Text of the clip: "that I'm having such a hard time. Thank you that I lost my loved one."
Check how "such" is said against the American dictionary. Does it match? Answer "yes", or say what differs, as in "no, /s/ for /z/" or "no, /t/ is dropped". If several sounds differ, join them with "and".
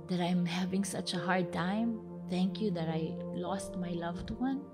yes